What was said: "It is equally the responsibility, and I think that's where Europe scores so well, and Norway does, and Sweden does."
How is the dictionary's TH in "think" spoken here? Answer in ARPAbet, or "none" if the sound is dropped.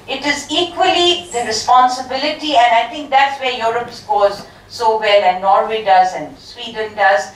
T